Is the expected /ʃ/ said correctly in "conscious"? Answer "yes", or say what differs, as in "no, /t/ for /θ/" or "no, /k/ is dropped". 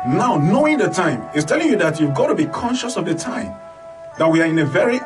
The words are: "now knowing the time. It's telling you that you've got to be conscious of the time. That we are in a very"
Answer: yes